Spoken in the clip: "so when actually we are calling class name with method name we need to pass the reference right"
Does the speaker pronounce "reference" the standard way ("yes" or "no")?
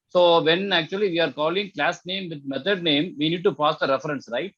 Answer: yes